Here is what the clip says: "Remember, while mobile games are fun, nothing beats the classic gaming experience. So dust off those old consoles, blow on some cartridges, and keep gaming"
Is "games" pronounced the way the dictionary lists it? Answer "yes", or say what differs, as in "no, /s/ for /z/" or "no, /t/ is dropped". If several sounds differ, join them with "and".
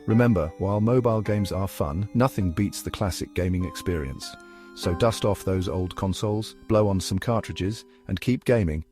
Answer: yes